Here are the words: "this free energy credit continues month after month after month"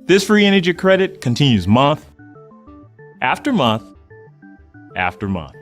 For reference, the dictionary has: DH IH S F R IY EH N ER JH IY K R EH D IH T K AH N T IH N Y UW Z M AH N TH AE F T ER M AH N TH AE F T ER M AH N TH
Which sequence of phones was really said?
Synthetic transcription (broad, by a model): DH IH S F R IY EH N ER JH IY K R EH D IH T K AH N T IH N Y UW Z M AH N TH AE F T ER M AH N TH AE F T ER M AH N TH